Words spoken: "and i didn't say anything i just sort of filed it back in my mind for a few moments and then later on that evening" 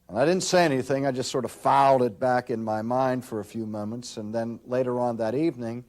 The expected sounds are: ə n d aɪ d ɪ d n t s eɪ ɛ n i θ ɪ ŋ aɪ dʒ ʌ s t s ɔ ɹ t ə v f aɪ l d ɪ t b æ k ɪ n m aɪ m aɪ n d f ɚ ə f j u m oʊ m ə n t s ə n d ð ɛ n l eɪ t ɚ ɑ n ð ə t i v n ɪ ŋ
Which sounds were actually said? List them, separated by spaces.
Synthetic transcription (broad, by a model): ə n aɪ d ɪ d n t s eɪ ɛ n i θ ɪ ŋ aɪ dʒ ʌ s t s ɔ ɹ t ə v f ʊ l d ɪ t b æ k ɪ n m aɪ m aɪ n d f ɚ ə f j u m oʊ m ə n t s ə n ð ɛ n l eɪ t ɚ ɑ n ð ə t i v n ɪ ŋ